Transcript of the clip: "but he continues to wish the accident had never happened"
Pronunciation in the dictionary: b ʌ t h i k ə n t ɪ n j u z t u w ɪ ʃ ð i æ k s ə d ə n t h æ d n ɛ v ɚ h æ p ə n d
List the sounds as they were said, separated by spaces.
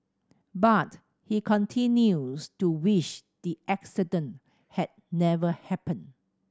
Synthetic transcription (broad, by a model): b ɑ t h i k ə n t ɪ n j u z t u w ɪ ʃ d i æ k s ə d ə n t h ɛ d n ɛ v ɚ h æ p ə n